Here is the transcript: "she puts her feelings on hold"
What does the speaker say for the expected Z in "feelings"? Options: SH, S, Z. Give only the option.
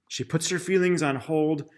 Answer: Z